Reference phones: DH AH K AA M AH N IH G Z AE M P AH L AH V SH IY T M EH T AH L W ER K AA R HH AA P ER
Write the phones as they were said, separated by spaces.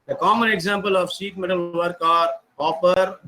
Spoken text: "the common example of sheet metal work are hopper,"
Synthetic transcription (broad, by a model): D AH K AA M AH N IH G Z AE M P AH L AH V S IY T M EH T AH L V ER K AA R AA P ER